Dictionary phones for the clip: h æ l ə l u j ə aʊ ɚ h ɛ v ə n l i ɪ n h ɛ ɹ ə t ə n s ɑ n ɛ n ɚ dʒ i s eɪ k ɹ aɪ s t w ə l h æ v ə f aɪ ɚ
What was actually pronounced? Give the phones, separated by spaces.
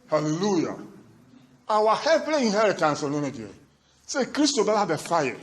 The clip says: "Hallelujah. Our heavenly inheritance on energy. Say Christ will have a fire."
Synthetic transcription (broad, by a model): h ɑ l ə l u j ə aʊ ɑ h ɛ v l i ɪ n h ɛ ɹ ə t ə n s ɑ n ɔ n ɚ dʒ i s eɪ k ɹ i s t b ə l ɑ b ə f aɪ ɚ